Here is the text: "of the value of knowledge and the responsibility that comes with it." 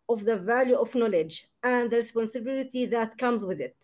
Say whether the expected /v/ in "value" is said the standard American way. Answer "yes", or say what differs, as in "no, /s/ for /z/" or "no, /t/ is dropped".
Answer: yes